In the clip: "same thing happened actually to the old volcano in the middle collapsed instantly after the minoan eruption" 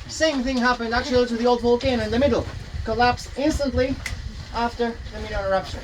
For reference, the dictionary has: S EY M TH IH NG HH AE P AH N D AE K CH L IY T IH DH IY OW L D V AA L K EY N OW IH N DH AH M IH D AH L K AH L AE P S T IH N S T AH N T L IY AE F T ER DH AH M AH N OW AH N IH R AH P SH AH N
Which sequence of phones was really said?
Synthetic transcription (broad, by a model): S EY M TH IH NG HH AE P AH N D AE K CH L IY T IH DH IY OW L D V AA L K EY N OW IH N DH AH M IH D L K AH L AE P S IH N S T AH N T L IY AE F T ER DH AH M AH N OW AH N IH R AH P SH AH N